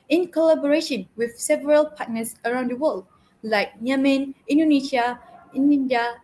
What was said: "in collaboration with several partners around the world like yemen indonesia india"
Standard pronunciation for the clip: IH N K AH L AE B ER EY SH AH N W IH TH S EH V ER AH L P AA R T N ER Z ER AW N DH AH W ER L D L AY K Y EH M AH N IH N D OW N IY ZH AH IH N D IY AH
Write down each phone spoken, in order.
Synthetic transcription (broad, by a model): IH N K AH L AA B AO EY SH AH N W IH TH S EH V ER AH L P AA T N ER S ER AW N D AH W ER L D L AY K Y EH M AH N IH N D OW N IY SH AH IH N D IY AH